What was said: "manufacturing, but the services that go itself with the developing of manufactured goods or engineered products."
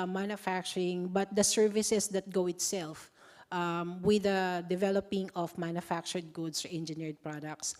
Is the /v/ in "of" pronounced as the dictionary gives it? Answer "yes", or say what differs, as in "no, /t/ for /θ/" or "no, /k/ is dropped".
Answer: no, /f/ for /v/